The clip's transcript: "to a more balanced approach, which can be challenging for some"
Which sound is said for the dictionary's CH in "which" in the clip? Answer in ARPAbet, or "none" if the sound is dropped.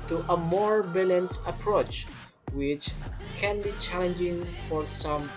CH